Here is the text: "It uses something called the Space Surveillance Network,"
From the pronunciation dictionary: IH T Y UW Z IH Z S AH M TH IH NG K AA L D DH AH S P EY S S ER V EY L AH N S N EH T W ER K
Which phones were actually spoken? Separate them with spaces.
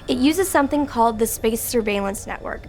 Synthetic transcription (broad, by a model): IH T Y UW Z IH Z S AH M TH IH NG K AA L D DH AH S P EY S S ER V EY L AH N S N EH T W ER K